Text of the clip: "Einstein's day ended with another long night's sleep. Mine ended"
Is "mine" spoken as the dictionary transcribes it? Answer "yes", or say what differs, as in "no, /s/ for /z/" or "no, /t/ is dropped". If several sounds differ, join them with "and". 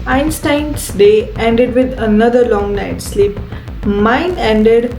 yes